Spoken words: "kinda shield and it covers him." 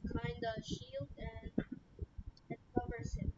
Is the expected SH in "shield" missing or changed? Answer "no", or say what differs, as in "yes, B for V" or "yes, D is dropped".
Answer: no